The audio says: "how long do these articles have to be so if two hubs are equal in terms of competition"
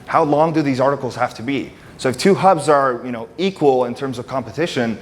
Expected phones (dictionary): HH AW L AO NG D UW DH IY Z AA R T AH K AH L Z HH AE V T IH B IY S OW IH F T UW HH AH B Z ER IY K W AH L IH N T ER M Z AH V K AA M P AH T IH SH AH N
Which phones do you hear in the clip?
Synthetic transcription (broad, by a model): HH AW L AO NG D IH DH IY Z AA R T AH K L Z HH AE F T IH B IY S OW IH F T UW HH AH B Z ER IY K W AH L IH N T ER M Z AH V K AA M P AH T IH SH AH N